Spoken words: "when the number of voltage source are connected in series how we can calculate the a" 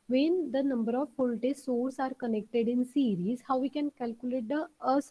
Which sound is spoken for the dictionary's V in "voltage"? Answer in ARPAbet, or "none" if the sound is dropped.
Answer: P